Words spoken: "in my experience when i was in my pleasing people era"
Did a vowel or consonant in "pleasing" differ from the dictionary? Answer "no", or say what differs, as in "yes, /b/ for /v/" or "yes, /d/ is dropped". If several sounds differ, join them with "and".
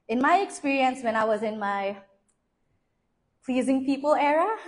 no